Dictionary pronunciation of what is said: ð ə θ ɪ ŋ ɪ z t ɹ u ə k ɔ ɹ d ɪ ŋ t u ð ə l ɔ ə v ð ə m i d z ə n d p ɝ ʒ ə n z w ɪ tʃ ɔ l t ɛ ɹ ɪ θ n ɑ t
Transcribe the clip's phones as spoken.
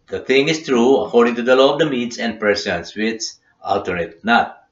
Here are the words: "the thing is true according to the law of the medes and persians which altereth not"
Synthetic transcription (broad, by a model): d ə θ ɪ ŋ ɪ s t ɹ u ə k ɔ ɹ d ɪ ŋ t u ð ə l ɔ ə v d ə m i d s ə n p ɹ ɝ s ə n s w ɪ s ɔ l t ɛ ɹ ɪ t n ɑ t